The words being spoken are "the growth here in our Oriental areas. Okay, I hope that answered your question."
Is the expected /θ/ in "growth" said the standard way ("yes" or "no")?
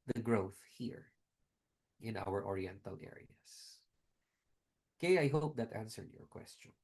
yes